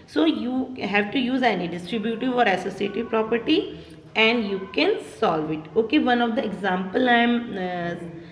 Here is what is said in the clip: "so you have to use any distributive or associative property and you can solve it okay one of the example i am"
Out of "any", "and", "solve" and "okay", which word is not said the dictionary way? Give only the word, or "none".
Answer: none